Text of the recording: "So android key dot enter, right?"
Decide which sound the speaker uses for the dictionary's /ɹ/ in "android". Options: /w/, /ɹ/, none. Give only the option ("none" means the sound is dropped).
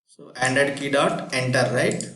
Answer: none